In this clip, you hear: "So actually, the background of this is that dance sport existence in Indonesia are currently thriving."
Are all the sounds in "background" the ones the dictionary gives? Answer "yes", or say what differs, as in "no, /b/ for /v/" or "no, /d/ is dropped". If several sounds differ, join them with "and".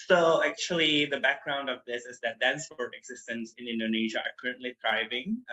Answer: yes